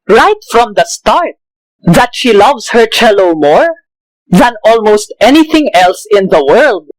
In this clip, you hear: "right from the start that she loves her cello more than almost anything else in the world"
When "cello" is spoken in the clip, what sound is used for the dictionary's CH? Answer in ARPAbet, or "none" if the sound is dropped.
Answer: CH